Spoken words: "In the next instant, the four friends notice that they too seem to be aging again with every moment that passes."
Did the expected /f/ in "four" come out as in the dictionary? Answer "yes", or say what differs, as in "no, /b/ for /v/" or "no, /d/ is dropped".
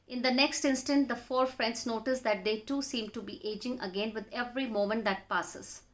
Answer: yes